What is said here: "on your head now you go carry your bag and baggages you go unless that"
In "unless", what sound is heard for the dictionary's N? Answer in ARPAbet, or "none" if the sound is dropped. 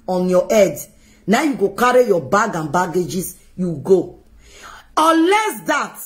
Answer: none